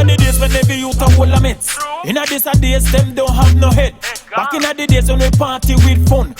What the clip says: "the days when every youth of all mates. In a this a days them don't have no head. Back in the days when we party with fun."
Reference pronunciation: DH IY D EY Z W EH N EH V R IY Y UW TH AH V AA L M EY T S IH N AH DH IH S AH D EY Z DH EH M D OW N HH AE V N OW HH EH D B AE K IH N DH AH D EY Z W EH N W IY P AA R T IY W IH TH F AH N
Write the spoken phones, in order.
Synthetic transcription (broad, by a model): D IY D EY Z W EH N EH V IY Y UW T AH W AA L M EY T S IH N AH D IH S AH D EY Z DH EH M D OW N HH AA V N OW HH EH D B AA K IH N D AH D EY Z W EH N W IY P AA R T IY W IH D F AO N